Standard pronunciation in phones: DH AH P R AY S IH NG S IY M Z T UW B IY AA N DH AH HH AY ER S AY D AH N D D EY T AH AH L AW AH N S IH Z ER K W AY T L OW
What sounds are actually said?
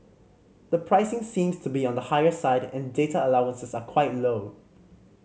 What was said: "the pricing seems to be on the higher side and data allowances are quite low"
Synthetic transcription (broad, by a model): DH AH P R AY S IH NG S IY M S T UW B IY AA N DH AH HH AY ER S AY D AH N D D EY T AH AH L AW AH N S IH S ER K W AY T L OW